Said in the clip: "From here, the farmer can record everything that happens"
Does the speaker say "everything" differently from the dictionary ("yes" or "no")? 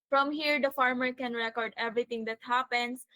yes